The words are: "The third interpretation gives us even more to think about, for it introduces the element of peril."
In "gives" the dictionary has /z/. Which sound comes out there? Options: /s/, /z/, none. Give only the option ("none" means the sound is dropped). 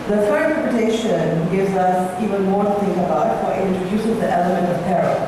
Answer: /z/